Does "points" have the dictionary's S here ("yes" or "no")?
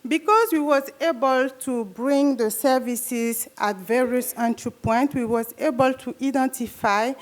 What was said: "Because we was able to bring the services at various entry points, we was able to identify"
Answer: no